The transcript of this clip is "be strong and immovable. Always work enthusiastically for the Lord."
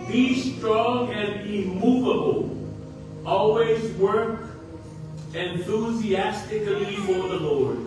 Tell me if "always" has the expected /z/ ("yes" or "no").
yes